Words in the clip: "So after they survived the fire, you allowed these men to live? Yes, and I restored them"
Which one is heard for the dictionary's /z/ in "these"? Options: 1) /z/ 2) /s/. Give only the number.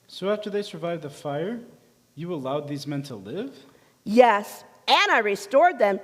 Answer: 1